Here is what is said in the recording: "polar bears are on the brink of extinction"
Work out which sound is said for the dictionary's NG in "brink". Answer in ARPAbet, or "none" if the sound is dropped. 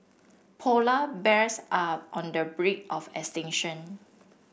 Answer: none